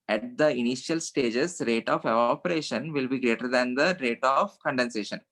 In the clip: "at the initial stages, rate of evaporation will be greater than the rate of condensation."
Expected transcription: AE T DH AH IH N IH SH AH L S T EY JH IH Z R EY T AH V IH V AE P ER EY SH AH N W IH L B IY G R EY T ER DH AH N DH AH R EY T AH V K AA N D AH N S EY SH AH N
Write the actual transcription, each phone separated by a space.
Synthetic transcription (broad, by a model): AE T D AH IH N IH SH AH L S T EY JH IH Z R EY T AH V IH AO P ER EY SH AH N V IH L B IY G R EY T ER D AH N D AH R EY T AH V K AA N D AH N S EY SH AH N